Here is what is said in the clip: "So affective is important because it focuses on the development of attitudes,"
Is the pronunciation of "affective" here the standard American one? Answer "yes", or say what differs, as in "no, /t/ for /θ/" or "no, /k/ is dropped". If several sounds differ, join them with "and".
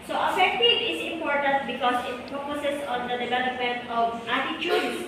no, /v/ is dropped